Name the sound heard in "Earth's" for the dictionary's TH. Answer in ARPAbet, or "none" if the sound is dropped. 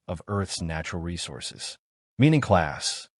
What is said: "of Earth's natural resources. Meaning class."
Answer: TH